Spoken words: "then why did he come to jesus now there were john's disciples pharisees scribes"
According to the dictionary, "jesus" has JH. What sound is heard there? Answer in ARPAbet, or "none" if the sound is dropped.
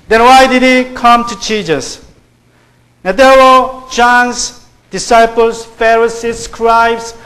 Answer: CH